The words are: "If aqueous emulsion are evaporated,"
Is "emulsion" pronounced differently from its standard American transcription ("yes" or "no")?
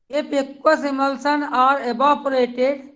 yes